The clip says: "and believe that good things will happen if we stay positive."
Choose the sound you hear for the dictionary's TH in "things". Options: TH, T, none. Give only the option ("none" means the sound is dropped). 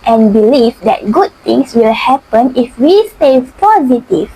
T